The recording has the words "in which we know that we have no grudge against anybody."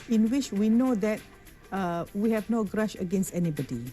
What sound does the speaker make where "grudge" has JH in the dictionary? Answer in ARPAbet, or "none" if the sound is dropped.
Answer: SH